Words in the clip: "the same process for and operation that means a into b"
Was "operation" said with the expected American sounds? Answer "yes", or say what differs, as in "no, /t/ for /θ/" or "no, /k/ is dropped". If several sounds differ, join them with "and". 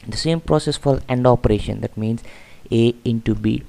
yes